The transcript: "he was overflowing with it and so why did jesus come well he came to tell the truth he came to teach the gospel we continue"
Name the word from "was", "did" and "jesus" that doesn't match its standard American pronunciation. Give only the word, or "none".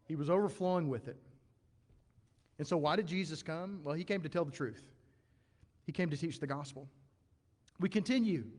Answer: none